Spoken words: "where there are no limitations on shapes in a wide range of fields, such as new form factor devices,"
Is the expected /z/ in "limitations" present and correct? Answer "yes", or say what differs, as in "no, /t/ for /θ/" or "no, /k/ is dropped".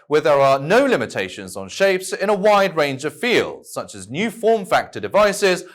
yes